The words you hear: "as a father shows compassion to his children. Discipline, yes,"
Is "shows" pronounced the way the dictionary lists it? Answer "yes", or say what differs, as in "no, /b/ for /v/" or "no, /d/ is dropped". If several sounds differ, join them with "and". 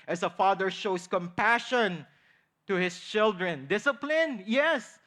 no, /s/ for /z/